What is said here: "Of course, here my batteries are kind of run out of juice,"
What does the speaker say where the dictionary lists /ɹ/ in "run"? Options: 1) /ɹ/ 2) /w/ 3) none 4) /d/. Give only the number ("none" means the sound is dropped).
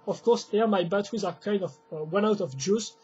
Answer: 2